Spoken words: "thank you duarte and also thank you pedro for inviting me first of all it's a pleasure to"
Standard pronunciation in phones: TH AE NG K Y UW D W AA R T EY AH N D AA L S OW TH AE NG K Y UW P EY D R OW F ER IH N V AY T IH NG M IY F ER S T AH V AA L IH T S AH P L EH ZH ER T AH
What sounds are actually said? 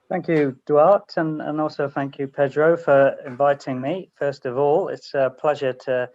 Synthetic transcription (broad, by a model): TH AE NG K Y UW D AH AA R T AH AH N AA L S OW TH AE NG K Y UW P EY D R OW F ER IH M V AY T IH NG M IY F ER S T AH V AA L IH T S AH P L EH ZH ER T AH